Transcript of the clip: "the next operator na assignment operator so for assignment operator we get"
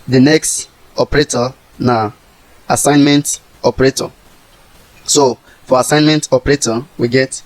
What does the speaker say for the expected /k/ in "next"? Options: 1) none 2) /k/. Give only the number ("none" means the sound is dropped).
2